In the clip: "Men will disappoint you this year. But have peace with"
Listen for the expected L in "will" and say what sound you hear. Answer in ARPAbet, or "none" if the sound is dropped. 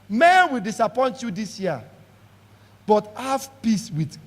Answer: L